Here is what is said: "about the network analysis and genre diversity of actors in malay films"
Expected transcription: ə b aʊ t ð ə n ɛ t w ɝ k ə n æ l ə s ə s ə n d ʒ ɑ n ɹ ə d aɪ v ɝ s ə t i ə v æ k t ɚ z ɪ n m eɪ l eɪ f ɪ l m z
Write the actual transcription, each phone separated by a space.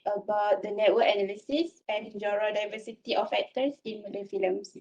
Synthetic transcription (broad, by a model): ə b aʊ t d ə n ɛ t w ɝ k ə n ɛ l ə s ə s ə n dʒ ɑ ɹ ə d aɪ v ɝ s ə t i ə f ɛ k t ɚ s ɪ n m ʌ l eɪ f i l m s